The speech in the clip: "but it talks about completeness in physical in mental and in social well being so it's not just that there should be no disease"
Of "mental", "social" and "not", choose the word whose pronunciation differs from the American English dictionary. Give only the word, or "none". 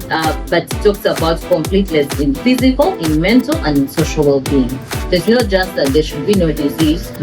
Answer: none